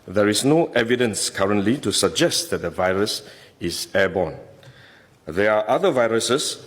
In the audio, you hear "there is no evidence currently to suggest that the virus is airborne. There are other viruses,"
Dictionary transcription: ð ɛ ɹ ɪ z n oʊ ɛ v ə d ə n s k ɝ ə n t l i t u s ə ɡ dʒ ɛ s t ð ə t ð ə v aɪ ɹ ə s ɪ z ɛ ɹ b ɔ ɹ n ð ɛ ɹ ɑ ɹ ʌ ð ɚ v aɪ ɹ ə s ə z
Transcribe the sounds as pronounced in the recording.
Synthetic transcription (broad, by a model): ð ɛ ɹ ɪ s n oʊ ɛ v ə d ə n s k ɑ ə n t l i t u s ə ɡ dʒ ɛ s t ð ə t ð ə v aɪ ɹ ə s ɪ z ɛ b ɔ n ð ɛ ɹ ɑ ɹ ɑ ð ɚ v aɪ ɹ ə s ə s